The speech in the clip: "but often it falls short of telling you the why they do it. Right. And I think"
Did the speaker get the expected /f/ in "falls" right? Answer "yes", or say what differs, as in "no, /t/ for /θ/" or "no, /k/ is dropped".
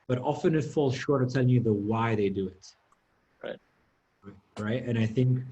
yes